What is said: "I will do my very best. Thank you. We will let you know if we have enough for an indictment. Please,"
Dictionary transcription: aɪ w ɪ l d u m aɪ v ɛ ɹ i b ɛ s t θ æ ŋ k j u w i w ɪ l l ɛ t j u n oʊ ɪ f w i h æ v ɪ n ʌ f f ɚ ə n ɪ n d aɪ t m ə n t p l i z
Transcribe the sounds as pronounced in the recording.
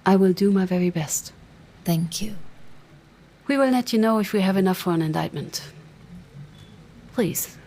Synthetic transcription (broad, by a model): aɪ w ɪ l d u m aɪ v ɛ ɹ i b ɛ s t θ æ ŋ k j u w i w ɪ l n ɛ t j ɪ n oʊ ɪ f w i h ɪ v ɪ n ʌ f f ɚ ə n ɪ n d aɪ t m ə n t p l i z